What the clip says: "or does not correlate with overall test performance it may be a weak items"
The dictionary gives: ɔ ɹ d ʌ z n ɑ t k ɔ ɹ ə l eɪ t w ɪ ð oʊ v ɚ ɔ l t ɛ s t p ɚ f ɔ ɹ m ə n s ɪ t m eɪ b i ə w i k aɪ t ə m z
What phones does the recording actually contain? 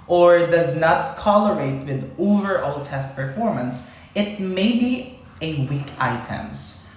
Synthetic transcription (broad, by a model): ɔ ɹ d ʌ z n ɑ t k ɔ l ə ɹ eɪ t w ɪ ð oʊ v ɚ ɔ l t ɛ s t p ɚ f ɔ ɹ m ə n s ɪ t m eɪ b i ə w i k aɪ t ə m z